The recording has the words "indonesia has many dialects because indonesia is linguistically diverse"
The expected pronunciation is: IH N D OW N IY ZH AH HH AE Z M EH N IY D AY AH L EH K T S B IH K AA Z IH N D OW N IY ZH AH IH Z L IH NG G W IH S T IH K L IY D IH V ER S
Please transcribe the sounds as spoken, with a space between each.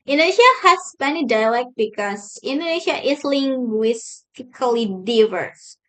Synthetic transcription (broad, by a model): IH N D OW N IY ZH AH HH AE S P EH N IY D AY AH L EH K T B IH K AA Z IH N D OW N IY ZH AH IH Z L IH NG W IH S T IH K L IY D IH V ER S